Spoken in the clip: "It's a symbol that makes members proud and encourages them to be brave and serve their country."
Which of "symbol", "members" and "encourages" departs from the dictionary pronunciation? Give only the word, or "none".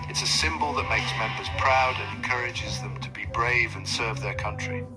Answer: none